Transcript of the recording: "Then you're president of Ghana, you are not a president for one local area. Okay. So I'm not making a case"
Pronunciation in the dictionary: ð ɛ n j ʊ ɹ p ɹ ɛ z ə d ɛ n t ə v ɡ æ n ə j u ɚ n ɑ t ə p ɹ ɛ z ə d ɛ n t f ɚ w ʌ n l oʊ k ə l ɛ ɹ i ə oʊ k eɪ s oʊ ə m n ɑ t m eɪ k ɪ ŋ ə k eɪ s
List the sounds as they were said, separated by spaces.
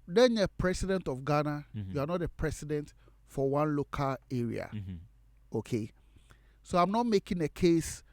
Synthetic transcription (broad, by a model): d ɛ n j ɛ p ɹ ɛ s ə d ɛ n t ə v ɡ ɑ n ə j u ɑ n ɑ t ə p ɹ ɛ s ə d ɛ n t f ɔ w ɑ n l oʊ k ə l ɛ ɹ i ə oʊ k eɪ s oʊ ə m n ɑ t m eɪ k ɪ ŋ ə k eɪ s